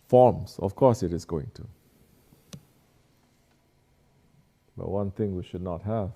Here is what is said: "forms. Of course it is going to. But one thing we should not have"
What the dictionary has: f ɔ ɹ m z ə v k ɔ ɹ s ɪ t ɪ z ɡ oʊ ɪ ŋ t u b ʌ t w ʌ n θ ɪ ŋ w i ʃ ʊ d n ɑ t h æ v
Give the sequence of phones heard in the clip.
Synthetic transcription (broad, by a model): f ɔ m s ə f k ɔ s ɪ t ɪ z ɡ oʊ ɪ ŋ t u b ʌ t w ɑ n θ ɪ ŋ w i ʃ ʊ d n ɑ t h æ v